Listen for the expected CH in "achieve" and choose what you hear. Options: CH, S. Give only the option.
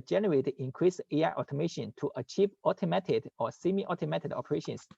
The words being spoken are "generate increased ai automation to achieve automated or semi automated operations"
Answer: CH